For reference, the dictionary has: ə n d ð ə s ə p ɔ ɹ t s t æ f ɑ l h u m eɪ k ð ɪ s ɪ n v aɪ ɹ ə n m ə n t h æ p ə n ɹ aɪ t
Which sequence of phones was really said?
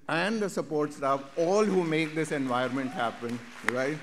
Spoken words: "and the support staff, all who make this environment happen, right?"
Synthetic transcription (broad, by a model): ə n d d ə s ə p ɔ ɹ t s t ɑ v ɑ l h u m eɪ k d ɪ s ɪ n v aɪ ə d m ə n t h æ p ə n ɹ aɪ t